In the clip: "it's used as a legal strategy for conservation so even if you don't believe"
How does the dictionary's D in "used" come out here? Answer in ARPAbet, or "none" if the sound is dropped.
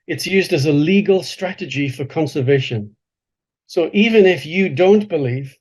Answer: D